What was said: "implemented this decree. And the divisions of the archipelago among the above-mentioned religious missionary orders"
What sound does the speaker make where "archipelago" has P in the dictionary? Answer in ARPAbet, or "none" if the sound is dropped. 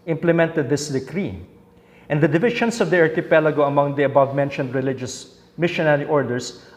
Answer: P